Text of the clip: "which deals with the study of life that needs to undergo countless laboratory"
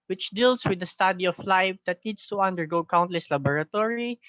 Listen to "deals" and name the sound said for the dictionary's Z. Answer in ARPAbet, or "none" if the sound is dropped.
S